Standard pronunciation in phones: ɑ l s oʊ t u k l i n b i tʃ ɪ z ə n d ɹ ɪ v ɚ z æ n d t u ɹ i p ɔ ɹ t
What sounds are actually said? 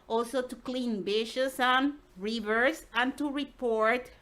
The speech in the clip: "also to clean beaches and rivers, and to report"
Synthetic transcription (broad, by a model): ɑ l s oʊ t u k l i n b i ʃ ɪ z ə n ɹ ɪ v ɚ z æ n t u ɹ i p ɔ ɹ t